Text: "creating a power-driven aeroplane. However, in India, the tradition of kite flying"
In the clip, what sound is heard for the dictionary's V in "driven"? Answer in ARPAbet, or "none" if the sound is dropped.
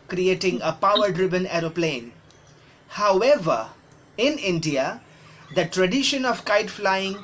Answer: B